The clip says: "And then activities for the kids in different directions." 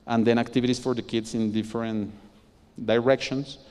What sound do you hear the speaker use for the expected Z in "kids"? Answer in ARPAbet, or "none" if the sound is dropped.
S